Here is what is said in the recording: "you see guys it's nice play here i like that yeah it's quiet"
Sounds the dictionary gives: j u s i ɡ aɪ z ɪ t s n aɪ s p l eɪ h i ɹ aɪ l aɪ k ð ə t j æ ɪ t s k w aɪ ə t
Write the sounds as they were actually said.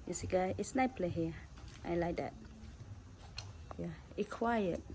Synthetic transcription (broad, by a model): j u s i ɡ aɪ ɪ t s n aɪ p l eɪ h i aɪ l aɪ k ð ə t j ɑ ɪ k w aɪ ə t